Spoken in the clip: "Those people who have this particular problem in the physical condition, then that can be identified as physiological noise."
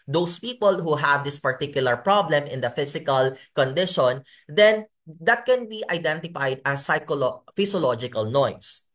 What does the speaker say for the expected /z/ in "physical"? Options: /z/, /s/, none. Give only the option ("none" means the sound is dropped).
/s/